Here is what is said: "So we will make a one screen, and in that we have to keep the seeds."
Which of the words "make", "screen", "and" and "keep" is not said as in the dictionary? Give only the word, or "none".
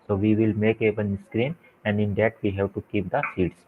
none